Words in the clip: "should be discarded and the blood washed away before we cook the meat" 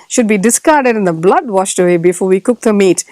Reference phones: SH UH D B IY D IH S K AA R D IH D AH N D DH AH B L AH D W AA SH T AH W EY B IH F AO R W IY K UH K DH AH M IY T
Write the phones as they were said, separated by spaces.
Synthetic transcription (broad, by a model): SH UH D B IY D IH S K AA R D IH D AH N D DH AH B L AH D W AA SH T AH W EY B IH F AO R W IY K UH K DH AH M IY T